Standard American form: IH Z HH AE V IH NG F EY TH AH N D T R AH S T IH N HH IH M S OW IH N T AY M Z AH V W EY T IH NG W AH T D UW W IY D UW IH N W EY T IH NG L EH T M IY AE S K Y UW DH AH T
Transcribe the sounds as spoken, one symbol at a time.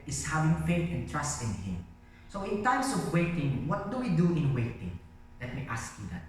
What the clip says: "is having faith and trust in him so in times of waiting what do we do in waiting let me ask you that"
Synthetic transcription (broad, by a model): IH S HH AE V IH NG F EY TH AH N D T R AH S T IH N HH IH M S OW IH N T AY M S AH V W EY T IH NG W AH T D UW W IY D UW IH N W EY T IH NG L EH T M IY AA S K Y UW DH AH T